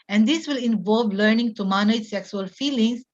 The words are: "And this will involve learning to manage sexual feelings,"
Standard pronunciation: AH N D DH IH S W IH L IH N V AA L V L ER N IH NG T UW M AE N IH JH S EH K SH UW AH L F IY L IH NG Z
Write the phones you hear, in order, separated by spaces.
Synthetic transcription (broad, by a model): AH N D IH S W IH L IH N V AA L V L ER N IH NG T UW M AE N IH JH S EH K S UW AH L F IY L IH NG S